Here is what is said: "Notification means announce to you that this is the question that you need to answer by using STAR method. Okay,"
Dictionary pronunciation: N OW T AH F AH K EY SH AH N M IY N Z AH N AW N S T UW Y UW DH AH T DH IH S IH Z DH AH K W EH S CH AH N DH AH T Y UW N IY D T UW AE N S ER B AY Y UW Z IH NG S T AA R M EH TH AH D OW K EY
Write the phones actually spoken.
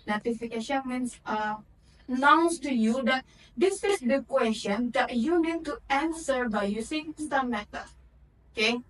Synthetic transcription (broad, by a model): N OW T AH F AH K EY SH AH N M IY N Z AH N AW N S T UW Y UW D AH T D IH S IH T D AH K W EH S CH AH N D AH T Y UW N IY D T UW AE N S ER B AY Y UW S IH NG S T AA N M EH T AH OW K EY